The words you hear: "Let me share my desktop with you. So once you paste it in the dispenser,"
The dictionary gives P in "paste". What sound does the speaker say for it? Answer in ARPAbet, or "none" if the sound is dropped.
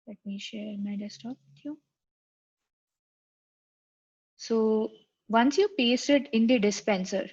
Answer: P